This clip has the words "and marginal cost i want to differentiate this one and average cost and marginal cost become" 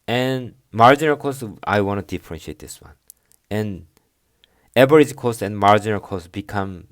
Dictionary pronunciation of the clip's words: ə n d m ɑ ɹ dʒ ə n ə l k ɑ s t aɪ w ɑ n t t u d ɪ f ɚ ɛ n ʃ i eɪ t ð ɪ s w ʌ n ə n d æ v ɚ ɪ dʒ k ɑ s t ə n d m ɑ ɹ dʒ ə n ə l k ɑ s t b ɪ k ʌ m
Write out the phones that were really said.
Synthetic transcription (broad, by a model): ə n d m ɑ ɹ dʒ ə n ə l k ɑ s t aɪ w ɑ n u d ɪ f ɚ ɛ n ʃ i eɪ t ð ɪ s w ʌ n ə n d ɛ b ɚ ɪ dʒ k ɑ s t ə n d m ɑ ɹ dʒ ə n ə l k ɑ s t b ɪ k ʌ m